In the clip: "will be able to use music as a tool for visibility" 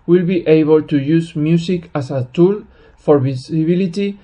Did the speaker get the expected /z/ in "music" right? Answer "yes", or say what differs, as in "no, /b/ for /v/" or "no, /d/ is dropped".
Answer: no, /s/ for /z/